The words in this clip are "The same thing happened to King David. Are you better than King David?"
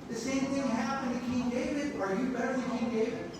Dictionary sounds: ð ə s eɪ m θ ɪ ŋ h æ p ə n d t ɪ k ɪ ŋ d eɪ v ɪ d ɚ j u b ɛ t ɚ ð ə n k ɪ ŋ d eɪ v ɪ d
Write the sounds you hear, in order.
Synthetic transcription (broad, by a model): ð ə s eɪ m θ ɪ ŋ h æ p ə n t ɪ k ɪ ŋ d eɪ v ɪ d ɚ j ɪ b ɛ t ɚ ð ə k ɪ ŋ d eɪ v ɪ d